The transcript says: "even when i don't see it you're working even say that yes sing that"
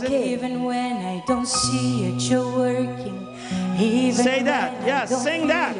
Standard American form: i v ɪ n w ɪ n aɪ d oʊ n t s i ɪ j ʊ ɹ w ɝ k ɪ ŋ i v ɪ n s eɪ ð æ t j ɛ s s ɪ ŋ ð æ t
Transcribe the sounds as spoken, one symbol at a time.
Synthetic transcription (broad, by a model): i v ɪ n w ɪ n aɪ d oʊ n t s i ɪ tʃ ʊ w ɝ k ɪ ŋ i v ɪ s eɪ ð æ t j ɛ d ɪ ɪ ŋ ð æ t